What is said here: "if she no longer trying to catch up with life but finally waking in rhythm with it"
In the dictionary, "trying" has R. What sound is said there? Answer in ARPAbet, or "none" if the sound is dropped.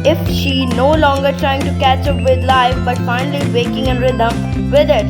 R